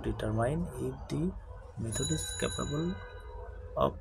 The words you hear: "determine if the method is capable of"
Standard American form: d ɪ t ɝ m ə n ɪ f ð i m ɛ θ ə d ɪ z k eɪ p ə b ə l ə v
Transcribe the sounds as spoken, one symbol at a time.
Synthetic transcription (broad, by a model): d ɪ t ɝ m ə n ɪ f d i m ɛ t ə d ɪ s k eɪ p ə b ə l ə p